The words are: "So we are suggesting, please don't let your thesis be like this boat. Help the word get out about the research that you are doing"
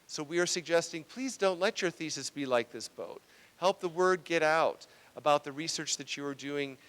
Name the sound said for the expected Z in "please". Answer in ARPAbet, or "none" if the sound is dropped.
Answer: Z